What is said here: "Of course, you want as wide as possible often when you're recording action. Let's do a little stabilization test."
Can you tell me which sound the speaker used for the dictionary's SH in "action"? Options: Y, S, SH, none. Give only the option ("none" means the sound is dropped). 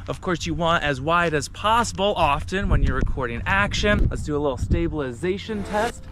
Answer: SH